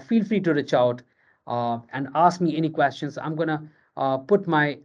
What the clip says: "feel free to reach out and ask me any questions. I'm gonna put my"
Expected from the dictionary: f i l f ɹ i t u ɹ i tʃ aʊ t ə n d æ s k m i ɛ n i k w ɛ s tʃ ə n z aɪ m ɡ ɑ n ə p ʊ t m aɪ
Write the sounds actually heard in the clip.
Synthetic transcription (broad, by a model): f i l f ɹ i t u ɹ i tʃ aʊ t ə n d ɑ s k m i ɛ n i k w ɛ s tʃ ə n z aɪ m ɡ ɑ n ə p ʊ t m aɪ